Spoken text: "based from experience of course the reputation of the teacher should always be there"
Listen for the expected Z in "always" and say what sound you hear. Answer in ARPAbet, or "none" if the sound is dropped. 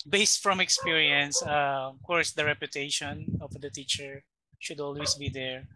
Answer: S